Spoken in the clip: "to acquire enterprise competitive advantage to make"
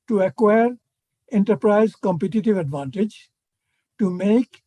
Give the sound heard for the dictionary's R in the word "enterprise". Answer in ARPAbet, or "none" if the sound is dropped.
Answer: R